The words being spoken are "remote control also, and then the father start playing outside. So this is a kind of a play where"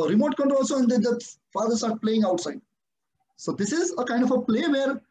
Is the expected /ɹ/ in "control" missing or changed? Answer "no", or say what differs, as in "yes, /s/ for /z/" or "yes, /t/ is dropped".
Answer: yes, /ɹ/ is dropped